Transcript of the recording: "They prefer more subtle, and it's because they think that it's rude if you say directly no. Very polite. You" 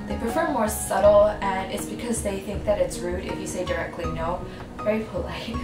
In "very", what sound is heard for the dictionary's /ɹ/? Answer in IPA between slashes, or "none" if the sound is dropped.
/ɹ/